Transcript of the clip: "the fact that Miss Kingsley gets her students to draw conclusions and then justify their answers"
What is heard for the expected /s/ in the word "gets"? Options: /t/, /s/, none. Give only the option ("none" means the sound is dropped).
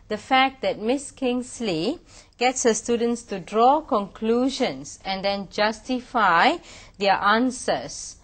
/s/